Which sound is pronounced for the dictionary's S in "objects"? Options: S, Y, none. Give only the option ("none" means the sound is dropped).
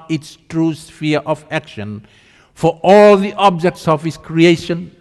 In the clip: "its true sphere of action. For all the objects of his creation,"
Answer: S